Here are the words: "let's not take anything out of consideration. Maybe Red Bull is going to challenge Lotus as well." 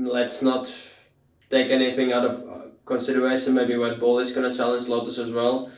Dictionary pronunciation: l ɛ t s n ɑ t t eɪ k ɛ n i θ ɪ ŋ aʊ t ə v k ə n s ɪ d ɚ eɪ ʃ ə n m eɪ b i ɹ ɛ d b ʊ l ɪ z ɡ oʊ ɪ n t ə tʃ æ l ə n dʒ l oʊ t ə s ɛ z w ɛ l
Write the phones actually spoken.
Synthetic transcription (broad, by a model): l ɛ t s n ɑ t t eɪ k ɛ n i θ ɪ ŋ aʊ t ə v k ə n s ɪ d ɚ eɪ ʃ ə n m eɪ b i w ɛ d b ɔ l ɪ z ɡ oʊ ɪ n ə tʃ æ l ə n dʒ l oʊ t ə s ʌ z w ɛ l